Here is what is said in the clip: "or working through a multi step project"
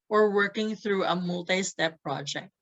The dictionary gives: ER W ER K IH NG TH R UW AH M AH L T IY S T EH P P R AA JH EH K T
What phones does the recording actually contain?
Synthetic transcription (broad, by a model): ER W ER K IH NG TH R UW AH M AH L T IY S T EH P P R AA JH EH K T